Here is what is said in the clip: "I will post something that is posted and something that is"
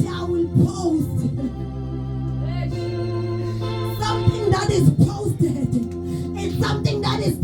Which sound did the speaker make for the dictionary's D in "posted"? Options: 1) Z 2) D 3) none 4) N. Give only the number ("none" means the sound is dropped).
3